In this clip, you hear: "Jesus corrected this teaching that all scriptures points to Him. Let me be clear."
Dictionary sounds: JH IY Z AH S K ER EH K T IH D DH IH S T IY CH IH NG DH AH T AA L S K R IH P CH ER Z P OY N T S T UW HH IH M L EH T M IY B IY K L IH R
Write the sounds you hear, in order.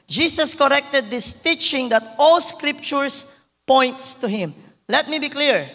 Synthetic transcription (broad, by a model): JH IY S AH S K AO EH K T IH D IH S T IY CH IH NG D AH T AA L S K R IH P CH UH S P OY N T S T UW HH IH M L EH T M IY B IY K L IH R